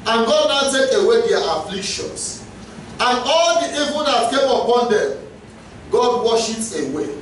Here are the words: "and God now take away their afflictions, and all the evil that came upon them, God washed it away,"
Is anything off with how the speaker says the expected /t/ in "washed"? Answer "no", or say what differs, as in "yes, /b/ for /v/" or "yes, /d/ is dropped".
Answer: yes, /t/ is dropped